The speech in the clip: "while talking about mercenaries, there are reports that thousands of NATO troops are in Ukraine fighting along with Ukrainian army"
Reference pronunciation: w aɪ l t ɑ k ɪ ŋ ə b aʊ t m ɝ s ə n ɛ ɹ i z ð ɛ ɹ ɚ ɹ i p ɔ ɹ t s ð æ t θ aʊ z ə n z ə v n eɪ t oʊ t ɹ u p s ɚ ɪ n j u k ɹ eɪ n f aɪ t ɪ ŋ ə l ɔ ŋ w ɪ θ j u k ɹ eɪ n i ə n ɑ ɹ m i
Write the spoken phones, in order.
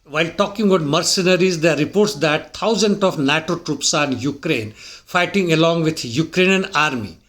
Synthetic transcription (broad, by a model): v aɪ l t ɑ k ɪ ŋ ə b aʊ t m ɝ s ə n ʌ ɹ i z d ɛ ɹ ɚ ɹ i p ɔ ɹ t s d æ t t aʊ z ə n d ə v n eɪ t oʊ t ɹ u p s ɪ n j u k ɹ eɪ n f aɪ t ɪ ŋ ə l ɔ ŋ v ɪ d j u k ɹ eɪ n i ə n ɑ ɹ m i